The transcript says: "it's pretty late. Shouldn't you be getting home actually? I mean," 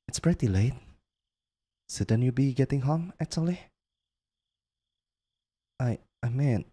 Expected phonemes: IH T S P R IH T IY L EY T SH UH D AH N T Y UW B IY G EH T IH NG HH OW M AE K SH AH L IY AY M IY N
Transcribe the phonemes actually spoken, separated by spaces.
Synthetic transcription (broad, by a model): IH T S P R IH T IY L EY T S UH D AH N Y UW B IY G EH T IH NG HH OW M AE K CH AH L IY AY M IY N